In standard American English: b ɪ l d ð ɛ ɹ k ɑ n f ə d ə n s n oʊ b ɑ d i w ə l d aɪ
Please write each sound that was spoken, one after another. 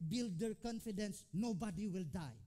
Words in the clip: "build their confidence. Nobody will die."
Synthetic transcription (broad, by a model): b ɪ l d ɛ ɹ k ɑ n f ə d ə n s n oʊ b ɑ d i w ə l d aɪ